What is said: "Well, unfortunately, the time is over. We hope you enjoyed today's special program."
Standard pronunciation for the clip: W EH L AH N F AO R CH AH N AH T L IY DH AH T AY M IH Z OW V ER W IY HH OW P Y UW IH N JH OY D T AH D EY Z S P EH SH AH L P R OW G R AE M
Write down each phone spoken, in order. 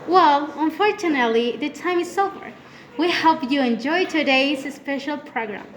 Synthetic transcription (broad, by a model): W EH L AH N F AO R CH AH N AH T L IY DH AH T AY M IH S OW B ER W IY HH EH P Y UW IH N JH OY T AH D EY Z S P EH SH AH L P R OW G R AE M